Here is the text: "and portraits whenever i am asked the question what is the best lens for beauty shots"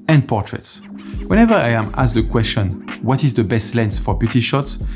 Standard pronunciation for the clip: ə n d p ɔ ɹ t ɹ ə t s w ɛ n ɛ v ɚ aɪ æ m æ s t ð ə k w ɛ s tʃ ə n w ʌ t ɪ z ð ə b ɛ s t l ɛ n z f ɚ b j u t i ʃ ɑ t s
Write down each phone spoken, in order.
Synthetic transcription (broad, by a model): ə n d p ɔ ɹ t ɹ ə t s w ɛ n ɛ v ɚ aɪ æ m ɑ s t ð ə k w ɛ s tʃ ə n w ʌ t ɪ z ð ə b ɛ s t l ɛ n s f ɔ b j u t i ʃ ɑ t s